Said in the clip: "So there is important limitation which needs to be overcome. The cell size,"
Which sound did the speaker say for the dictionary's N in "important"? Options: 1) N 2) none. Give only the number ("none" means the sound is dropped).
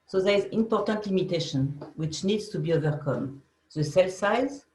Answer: 1